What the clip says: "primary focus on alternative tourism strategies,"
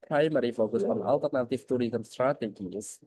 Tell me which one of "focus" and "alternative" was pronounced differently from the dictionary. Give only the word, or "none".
none